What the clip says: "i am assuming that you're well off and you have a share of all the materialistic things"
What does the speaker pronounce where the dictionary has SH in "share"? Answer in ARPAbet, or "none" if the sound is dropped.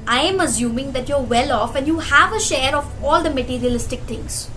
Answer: SH